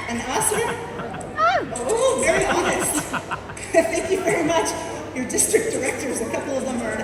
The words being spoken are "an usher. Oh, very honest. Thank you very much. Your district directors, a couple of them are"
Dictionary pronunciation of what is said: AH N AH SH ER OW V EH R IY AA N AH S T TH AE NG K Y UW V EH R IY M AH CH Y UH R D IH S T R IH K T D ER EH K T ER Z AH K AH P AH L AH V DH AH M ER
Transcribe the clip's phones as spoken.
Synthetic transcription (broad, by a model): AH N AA S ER OW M EH R IY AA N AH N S TH AE NG K Y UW V EH R IY M AH CH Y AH R D IH S T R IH K D ER EH K T ER Z AH K AH P L AH V DH AH M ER